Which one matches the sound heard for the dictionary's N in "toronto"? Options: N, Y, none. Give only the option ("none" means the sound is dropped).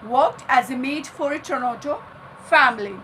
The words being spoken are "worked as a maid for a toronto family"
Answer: none